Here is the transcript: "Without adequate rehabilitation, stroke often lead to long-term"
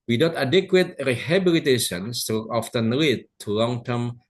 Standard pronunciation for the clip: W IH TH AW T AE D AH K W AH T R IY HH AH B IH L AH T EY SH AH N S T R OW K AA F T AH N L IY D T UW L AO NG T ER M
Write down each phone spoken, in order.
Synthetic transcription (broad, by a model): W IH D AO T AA D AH K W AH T R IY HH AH B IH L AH T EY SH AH N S T OW AA F T AH N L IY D T UW L AO NG T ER M